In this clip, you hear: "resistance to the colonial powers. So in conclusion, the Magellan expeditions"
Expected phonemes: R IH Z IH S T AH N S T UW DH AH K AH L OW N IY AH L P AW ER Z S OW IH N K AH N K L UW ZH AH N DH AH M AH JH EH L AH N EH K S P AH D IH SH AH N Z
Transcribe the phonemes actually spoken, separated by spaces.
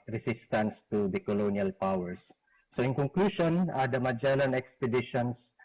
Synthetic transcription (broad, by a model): R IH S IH S T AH N S T UW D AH K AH L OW N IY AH L P AW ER S OW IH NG K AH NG K L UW SH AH N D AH M AH JH EH L AH N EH K S P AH D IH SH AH N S